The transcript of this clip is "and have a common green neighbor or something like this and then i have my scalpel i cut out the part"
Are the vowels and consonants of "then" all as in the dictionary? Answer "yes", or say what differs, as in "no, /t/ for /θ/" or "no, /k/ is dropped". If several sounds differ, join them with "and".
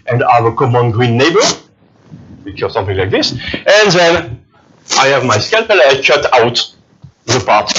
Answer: yes